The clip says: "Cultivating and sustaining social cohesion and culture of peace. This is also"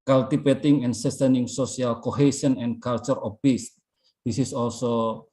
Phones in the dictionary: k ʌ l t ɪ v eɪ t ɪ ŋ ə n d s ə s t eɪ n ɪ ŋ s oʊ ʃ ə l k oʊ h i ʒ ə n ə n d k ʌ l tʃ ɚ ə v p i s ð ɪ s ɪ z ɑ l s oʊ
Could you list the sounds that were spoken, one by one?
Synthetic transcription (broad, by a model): k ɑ l t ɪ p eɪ t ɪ ŋ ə n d s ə s t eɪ n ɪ ŋ s oʊ s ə l k oʊ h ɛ s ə n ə n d k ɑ l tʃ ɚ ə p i s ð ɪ s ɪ s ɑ l s oʊ